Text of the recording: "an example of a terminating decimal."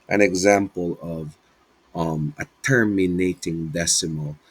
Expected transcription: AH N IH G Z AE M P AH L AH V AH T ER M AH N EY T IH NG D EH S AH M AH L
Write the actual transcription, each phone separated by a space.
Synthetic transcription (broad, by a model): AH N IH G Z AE M P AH L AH V AH T ER M AH N EY T IH NG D EH S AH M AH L